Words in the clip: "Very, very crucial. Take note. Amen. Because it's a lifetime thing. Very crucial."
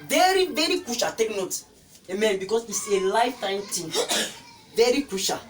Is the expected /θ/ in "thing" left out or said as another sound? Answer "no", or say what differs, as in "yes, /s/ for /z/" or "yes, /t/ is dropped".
yes, /t/ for /θ/